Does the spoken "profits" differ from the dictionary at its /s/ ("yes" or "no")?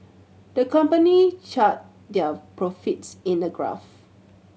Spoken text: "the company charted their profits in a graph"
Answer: no